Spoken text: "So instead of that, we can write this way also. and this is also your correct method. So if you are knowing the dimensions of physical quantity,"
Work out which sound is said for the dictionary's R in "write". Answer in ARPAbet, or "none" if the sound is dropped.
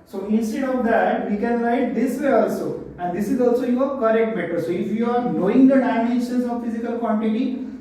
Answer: L